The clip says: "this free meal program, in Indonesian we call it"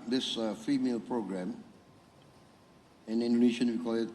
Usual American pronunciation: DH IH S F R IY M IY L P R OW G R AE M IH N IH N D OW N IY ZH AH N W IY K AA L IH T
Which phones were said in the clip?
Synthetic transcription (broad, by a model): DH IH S F IY M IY L P R OW G R AE M IH N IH N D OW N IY SH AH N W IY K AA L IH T